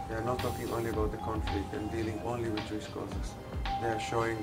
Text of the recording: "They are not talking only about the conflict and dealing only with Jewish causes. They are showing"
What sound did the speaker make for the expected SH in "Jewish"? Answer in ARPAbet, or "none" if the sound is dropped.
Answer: S